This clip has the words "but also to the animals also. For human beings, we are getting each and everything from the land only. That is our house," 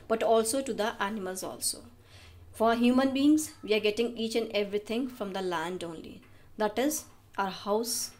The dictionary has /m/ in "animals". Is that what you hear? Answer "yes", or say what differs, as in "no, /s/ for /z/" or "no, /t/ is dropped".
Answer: yes